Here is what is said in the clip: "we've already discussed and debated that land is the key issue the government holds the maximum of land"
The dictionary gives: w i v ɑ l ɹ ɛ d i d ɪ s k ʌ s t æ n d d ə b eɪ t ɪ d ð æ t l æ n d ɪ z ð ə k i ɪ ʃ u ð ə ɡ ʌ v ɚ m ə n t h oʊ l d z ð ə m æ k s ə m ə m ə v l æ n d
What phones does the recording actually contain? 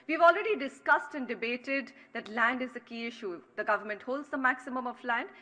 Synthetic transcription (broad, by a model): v i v ɑ l ɹ ɛ d i d ɪ s k ʌ s t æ n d d ə b eɪ t ɪ d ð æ t l æ n d ɪ z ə k i ɪ ʃ u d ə ɡ ʌ v ɚ m ə n t h oʊ l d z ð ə m æ k s ə m ə m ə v l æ n d